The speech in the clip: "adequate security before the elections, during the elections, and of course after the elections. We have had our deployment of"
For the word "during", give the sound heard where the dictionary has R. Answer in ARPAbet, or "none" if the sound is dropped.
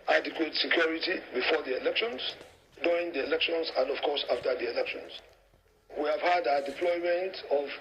none